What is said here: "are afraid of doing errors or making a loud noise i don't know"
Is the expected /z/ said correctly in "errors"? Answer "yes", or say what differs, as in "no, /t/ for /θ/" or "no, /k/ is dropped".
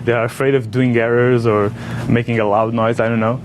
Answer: yes